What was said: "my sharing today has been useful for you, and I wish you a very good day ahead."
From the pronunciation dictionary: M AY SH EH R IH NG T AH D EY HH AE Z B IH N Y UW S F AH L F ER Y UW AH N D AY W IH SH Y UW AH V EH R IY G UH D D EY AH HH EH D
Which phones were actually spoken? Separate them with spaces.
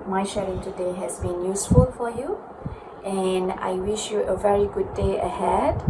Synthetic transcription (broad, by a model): M AY SH EH R IH NG T AH D EY HH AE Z B IH N Y UW S F AH L F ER Y UW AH N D AY W IH SH Y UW AH V EH R IY G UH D D EY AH HH EH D